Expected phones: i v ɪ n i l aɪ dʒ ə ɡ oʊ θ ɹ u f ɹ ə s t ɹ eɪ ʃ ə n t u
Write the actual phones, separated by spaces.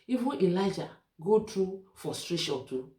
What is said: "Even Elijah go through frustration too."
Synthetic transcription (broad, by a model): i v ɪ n i l aɪ dʒ ə ɡ oʊ t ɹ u f ə s t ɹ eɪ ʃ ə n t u